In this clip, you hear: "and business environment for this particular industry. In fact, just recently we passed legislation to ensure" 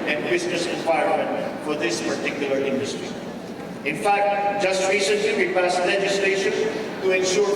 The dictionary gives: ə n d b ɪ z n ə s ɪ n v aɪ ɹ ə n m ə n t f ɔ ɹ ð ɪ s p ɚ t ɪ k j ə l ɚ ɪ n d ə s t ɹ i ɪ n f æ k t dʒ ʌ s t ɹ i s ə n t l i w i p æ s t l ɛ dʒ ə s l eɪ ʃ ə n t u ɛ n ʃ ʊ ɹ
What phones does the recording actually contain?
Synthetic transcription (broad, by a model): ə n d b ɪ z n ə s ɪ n w aɪ ə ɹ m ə n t f ɔ ɹ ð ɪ s p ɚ t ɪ k j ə l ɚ ɪ n d ə s t ɹ i ɪ n f æ k t dʒ ʌ s t ɹ i s ə n t l i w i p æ s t l ɛ dʒ ə s l eɪ ʃ ə n t u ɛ n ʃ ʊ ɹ